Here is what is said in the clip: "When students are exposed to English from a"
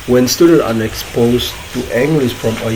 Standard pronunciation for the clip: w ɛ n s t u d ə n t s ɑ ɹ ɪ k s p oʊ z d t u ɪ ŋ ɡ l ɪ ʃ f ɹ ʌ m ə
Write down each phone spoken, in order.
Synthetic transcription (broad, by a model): w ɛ n s t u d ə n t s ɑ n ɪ k s p oʊ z t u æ ŋ ɡ l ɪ s f ɹ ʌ m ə